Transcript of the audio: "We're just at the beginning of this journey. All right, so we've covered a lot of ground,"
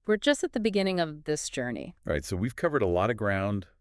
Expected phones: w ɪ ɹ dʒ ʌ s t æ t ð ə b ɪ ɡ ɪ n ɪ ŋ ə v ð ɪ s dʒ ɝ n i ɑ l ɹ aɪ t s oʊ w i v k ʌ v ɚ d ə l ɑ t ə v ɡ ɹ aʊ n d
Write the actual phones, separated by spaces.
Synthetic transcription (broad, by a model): w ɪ ɹ dʒ ʌ s t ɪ t ð ə b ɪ ɡ ɪ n ɪ ŋ ə v ð ɪ s dʒ ɝ n i ɹ aɪ t s oʊ w i v k ʌ v ɚ d ə l ɑ t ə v ɡ ɹ aʊ n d